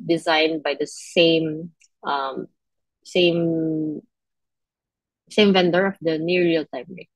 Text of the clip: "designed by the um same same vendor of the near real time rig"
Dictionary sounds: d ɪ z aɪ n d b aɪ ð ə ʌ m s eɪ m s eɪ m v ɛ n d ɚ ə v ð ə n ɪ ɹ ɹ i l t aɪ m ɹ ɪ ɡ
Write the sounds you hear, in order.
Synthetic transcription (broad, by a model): d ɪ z aɪ n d b aɪ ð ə ʌ m s eɪ m s eɪ m v ɛ n d ɚ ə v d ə n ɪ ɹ ɹ i l t aɪ m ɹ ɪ